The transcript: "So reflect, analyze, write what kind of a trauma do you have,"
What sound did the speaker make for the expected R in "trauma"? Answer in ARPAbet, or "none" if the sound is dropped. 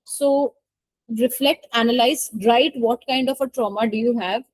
R